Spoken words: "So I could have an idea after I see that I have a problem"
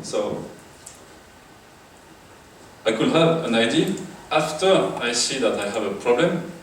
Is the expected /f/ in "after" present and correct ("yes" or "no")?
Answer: yes